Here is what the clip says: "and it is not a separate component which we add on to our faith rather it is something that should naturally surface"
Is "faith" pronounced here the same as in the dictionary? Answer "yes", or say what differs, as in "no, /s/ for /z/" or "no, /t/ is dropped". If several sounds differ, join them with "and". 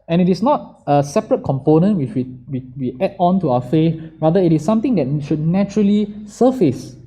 no, /f/ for /θ/